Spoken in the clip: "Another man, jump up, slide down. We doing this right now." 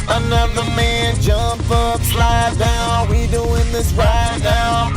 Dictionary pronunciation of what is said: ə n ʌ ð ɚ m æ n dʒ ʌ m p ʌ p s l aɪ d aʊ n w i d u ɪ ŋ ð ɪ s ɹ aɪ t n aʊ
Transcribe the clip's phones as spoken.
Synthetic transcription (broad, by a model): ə n ʌ ð ɚ m æ n dʒ ʌ m p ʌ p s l aɪ d aʊ n w i d u ɪ ŋ ð ɪ s ɹ aɪ t n aʊ